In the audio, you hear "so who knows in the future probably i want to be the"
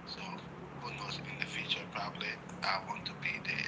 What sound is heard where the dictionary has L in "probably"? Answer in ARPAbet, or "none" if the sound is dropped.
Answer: L